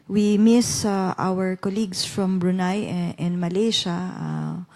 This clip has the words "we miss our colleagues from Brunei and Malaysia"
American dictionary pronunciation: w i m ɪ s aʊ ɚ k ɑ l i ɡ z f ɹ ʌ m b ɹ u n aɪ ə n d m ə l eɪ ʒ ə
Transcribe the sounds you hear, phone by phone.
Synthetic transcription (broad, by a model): w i m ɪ s aʊ ɚ k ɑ l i ɡ s f ɹ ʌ m b ɹ u n aɪ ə n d m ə l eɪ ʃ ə